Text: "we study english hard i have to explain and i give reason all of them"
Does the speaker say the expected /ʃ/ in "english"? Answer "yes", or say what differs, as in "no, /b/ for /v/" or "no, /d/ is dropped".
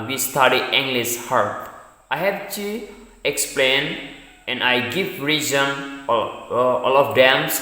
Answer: no, /s/ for /ʃ/